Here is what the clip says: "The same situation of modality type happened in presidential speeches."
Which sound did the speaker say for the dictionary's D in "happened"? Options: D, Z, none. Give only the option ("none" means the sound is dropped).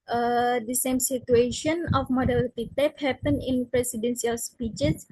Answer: none